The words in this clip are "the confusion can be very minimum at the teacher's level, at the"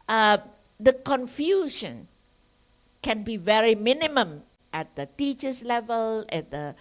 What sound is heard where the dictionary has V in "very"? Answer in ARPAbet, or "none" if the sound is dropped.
V